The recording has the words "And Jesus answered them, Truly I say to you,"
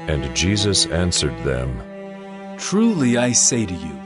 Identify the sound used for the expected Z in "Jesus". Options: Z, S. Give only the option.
Z